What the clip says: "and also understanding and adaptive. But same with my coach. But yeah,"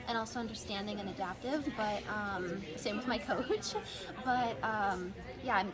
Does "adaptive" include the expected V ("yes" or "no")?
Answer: yes